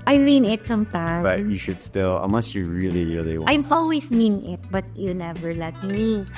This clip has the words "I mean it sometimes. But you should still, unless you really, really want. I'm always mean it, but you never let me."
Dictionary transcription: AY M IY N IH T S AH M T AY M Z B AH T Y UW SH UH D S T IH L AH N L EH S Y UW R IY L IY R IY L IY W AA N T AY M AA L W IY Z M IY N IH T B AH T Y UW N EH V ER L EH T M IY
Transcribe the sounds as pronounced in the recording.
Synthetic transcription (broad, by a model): AY M IY N IH T S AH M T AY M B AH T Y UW SH UH D S T IH L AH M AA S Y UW R IY L IY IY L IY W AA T AY M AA L W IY S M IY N IH T B AH T Y UW N EH V ER L EH T M IY